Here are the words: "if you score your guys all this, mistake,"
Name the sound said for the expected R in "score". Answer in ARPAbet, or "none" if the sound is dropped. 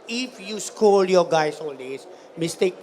L